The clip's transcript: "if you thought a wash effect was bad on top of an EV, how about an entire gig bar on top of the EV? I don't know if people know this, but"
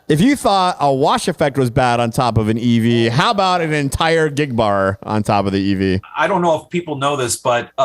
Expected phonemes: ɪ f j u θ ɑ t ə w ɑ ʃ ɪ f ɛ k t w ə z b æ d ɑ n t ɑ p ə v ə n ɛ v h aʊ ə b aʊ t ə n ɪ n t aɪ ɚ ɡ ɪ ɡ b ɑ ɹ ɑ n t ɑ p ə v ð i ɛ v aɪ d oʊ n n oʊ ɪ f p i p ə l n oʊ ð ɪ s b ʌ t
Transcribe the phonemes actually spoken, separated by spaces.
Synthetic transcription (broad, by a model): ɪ f j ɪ θ ɑ t ə w ɑ ʃ ɪ f ɛ k t w ə z b æ d n t ɑ p ə v ə n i v h aʊ ə b aʊ t ə n ɪ n t aɪ ɚ ɡ ɪ ɡ b ɑ ɹ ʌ n t ɑ p ə v ð i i v aɪ d oʊ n n oʊ ɪ f p i p l n oʊ ð ɪ s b ʌ t